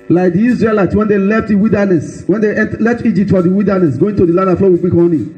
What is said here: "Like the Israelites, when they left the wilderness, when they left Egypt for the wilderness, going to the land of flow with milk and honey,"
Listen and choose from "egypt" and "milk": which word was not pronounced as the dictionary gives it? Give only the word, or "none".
milk